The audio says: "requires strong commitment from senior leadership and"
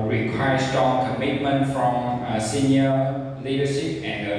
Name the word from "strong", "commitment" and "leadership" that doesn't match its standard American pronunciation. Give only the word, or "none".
strong